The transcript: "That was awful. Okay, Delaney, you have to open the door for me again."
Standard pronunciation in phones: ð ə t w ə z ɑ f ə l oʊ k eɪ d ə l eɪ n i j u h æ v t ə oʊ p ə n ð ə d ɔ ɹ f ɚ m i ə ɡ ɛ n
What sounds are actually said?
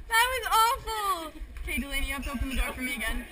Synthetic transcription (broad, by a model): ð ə t w ə z ɑ f l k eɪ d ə l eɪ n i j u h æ p t ə oʊ p ə n ð ə d ɔ ɹ f ɚ m i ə ɡ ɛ n